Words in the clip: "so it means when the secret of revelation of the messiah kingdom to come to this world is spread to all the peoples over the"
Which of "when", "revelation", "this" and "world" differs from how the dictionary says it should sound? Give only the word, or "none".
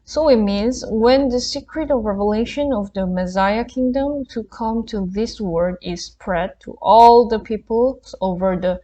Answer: world